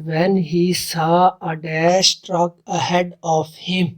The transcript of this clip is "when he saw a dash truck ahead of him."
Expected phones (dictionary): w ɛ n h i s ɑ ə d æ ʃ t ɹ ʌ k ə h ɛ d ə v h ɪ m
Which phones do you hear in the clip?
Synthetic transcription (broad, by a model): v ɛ n h i s ɑ ə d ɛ s t ɹ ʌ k ə h ɛ d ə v h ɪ m